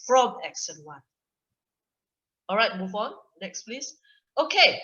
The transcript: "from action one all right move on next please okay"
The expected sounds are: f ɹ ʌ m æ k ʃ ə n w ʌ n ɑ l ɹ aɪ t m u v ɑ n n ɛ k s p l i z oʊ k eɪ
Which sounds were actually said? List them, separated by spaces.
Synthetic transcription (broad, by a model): f ɹ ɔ m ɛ k s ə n w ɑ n ɑ l ɹ aɪ t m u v ɑ n n ɛ k s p l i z oʊ k eɪ